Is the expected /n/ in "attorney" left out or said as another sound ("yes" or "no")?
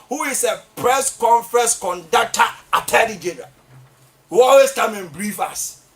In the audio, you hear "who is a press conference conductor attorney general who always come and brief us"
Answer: yes